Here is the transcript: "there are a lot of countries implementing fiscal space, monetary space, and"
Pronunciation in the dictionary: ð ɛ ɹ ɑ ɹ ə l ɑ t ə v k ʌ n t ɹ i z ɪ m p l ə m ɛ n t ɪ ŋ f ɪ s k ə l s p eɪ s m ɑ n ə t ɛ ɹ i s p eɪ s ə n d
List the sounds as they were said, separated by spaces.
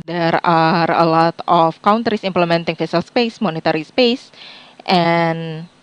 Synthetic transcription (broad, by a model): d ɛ ɹ ɑ ɹ ə l ɑ t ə f k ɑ n t ɹ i s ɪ m p l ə m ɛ n t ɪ ŋ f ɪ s ə l s p eɪ s m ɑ n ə t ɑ ɹ i s p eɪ s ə n